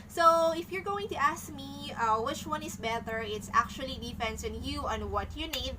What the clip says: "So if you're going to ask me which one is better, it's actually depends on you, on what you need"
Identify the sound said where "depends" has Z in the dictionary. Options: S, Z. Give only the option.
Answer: S